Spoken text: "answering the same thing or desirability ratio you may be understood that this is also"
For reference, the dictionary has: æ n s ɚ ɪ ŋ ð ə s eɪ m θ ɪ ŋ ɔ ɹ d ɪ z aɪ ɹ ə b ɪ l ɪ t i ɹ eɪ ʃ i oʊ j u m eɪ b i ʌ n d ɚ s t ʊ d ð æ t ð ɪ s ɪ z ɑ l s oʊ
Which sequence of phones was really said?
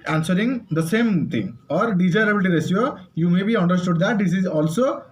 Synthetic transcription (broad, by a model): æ n s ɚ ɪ ŋ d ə s eɪ m t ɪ ŋ ɔ ɹ d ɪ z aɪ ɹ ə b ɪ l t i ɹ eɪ s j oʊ j u m eɪ b i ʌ n d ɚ s t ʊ d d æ t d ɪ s ɪ z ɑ l s oʊ